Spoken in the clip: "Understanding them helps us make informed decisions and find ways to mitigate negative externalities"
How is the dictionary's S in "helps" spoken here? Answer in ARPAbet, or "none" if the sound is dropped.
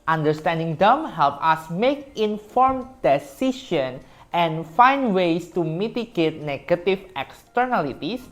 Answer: none